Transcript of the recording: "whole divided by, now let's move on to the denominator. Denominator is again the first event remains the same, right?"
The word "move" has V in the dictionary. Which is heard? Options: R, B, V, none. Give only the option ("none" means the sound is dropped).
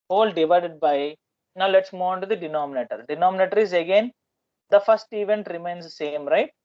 none